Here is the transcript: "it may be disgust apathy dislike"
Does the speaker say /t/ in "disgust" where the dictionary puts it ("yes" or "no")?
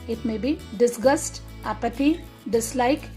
yes